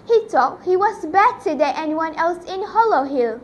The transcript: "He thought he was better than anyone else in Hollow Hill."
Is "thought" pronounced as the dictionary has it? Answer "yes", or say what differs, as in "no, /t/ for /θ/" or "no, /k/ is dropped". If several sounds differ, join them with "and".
no, /t/ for /θ/